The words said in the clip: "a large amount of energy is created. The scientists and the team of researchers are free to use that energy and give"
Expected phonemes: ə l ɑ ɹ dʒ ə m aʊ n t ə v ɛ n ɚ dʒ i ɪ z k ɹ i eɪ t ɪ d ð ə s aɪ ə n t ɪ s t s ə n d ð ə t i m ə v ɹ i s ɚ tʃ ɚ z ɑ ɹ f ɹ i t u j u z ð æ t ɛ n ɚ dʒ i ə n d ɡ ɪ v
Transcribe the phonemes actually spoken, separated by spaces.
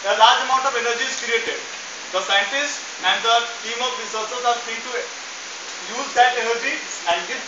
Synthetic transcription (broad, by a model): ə l ɑ ɹ dʒ ə m aʊ n t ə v ɛ n ɚ dʒ i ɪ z k ɹ i eɪ t ɪ d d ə s aɪ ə n t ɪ s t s ə n d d ə t i m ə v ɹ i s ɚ s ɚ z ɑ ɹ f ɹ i t u j u z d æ t ɛ n ɚ dʒ i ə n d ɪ